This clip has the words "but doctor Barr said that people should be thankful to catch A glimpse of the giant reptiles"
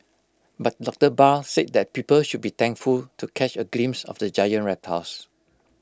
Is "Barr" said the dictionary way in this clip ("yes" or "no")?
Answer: no